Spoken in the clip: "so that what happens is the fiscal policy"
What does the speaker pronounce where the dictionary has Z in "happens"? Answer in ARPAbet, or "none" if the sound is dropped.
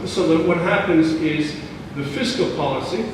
Z